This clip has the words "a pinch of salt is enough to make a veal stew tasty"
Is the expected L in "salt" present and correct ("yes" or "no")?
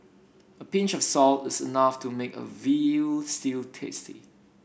yes